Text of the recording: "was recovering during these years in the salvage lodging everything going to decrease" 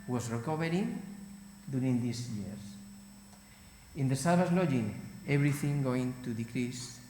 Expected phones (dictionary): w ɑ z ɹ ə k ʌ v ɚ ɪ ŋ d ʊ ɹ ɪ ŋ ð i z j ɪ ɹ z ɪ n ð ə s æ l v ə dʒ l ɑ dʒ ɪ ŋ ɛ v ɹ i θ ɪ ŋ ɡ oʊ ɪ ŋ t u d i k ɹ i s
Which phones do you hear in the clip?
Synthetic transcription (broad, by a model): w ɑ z ɹ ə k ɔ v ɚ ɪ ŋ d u ɹ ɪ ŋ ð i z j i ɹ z ɪ n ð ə s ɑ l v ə z l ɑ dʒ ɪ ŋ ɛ b ɹ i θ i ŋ ɡ oʊ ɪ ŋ t u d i k ɹ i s